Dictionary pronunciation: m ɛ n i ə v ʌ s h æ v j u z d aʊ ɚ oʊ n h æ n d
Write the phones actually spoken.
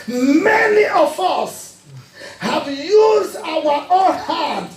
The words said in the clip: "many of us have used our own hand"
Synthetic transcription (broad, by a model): m ɛ n i ə v ʌ s h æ v j u z d aʊ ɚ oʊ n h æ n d